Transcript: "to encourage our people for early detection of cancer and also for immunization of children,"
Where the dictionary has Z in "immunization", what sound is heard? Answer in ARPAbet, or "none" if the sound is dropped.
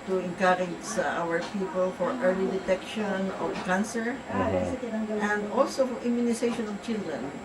S